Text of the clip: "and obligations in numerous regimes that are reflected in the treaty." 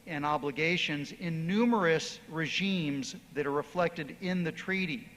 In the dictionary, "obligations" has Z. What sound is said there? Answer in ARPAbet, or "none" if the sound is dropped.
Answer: Z